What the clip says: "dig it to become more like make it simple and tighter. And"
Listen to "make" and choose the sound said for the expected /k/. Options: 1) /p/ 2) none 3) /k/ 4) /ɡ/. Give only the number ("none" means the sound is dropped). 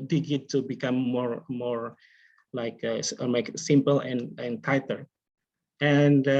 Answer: 2